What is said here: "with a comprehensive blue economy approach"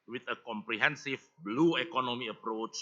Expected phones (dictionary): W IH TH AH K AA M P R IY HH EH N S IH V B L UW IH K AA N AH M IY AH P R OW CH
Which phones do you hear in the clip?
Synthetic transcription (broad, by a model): W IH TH AH K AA M P R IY HH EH N S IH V B L UW IH K AA N AH M IY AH P R OW CH